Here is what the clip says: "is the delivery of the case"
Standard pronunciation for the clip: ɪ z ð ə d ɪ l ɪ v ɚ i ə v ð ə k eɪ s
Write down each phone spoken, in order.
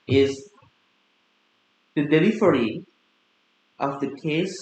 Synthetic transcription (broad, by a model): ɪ z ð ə d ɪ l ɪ f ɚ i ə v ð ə k eɪ s